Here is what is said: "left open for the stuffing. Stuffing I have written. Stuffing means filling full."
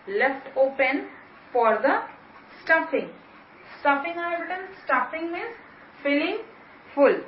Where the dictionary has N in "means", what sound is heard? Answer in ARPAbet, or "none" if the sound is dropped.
none